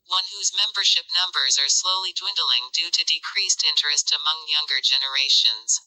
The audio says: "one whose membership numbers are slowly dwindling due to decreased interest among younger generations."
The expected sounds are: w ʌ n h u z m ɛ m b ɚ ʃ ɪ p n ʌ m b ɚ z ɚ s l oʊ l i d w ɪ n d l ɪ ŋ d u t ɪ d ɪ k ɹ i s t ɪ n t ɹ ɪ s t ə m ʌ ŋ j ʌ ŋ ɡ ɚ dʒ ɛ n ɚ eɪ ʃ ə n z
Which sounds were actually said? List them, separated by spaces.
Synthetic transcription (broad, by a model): w ʌ n h u z m ɛ m b ɚ ʃ ɪ p n ʌ m b ɚ z ɚ s l oʊ l i d w ɪ n d l ɪ ŋ d u t ɪ d ɪ k ɹ i s t ɪ n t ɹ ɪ s t ə m ʌ ŋ j ʌ ŋ ɡ ɚ dʒ ɛ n ɚ eɪ ʃ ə n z